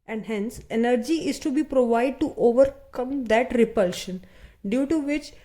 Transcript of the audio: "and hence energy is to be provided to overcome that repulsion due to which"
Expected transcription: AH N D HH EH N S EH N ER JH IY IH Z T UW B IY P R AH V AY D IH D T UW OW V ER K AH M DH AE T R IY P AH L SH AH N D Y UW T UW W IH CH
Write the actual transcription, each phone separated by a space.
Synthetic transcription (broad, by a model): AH N D HH EH N S EH N ER JH IY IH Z T UW B IY P R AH V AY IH D T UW OW V ER K AH M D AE T R IY P AH L SH AH N D Y UW T UW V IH CH